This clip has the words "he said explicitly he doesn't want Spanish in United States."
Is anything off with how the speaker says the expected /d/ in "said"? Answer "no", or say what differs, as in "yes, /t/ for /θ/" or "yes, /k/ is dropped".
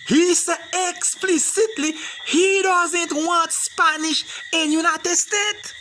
yes, /d/ is dropped